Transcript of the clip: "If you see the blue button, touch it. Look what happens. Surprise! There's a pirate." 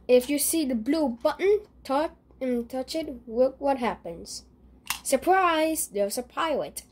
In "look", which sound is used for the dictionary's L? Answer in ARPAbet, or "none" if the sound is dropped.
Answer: W